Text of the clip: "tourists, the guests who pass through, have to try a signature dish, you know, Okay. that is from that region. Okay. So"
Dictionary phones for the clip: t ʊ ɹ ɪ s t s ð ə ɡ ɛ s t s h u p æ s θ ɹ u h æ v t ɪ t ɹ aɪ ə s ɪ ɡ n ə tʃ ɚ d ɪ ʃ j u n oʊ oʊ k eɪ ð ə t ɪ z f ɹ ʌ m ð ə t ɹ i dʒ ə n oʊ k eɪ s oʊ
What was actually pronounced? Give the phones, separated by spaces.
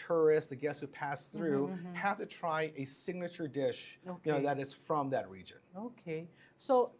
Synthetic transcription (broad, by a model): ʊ ɹ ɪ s s ð ə ɡ ɛ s s h u p æ s θ ɹ u h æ f t ɪ t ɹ aɪ ə s ɪ ɡ n ə tʃ ɚ d ɪ ʃ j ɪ n oʊ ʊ ð ə t ɪ z f ɹ ʌ m ð ə t ɹ i dʒ ə n oʊ k eɪ s oʊ